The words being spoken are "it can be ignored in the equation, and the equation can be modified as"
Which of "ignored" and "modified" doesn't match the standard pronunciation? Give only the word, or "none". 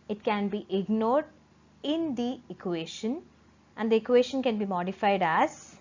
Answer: none